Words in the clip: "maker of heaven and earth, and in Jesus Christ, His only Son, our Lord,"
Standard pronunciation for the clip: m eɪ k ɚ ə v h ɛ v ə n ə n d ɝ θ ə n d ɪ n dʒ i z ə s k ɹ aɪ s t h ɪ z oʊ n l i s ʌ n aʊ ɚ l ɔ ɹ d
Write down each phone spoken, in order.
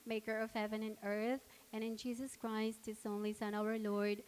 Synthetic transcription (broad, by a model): m eɪ k ɚ ə v h ɛ v ə n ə n ɝ θ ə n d ɪ n dʒ i z ə s k ɹ aɪ s t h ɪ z oʊ n l i s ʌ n aʊ ɚ l ɔ ɹ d